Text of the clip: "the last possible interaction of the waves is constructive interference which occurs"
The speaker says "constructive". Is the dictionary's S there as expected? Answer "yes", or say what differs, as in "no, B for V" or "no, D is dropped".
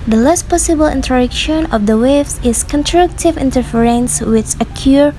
no, S is dropped